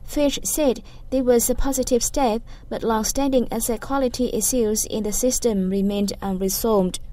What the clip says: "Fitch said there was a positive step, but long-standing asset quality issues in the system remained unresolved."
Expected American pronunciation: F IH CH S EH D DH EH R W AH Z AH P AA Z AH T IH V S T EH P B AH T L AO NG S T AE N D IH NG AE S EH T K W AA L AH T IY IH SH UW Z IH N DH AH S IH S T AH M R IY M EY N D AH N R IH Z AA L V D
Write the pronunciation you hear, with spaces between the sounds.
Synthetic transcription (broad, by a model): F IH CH S EH D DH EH W AH Z AH P AA Z AH T IH V S T EH P B AH T L AO NG S T AE N D IH NG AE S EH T K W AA L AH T IY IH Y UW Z IH N DH AH S IH S T AH M R IY M EY N D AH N R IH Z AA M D